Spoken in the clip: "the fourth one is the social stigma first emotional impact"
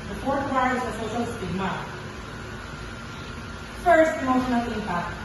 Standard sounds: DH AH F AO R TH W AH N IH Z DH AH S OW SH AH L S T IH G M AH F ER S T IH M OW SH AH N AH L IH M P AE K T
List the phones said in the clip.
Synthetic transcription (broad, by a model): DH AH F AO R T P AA IH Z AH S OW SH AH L S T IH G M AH F ER S T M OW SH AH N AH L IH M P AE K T